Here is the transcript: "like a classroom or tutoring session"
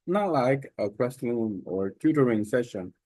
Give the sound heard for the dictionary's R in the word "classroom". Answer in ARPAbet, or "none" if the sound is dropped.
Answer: L